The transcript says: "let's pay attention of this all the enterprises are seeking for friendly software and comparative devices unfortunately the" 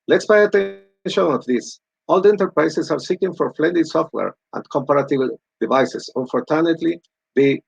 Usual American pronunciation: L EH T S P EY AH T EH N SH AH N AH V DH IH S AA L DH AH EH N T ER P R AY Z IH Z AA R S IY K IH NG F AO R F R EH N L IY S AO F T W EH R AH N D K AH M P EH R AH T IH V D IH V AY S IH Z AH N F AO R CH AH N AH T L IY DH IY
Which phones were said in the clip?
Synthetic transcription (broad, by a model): L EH T S P EY AH T EH N SH AH N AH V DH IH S AA L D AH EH N T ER P R AY S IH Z AA R S IY K IH NG F AO R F L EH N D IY S AO F T W EH R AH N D K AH M P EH R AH T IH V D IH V AY S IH S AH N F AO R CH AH N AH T L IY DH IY